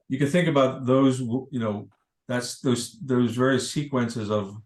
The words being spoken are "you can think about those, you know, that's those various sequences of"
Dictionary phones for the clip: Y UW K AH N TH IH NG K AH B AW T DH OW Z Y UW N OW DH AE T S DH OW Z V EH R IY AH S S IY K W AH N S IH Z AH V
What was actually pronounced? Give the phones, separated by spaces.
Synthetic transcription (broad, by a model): Y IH K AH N TH IH NG K AH B AW T DH OW Z Y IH N OW DH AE T S DH OW Z V EH R IY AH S S IY K W AH N S IH Z AH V